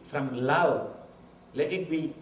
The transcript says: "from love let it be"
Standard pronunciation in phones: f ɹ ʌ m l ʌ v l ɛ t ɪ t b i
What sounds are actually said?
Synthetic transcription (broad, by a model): f ɹ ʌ m l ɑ w l ɛ t ɪ t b i